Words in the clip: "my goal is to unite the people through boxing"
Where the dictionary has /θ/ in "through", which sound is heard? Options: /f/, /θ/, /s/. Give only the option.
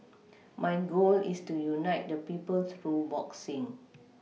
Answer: /s/